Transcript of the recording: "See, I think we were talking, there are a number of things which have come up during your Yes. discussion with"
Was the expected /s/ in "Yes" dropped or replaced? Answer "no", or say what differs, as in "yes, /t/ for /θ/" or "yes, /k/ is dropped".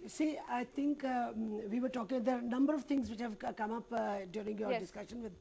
yes, /s/ is dropped